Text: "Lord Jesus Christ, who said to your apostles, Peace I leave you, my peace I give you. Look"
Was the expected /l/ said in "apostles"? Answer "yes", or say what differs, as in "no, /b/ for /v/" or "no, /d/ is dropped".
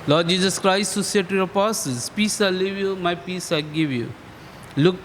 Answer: no, /l/ is dropped